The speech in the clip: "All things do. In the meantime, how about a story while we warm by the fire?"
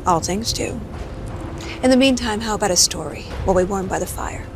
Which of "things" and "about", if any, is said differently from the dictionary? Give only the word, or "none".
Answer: none